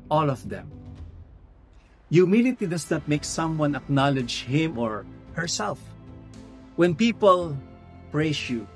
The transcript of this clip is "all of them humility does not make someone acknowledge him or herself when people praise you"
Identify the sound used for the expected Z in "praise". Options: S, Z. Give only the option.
S